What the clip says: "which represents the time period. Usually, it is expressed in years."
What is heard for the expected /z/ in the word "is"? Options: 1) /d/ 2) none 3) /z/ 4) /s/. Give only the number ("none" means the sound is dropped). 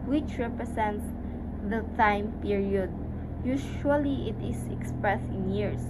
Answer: 4